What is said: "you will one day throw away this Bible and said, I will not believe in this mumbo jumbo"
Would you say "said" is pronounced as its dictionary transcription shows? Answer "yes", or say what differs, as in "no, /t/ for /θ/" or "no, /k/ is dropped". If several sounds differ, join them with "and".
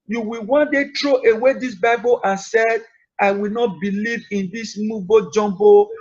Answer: yes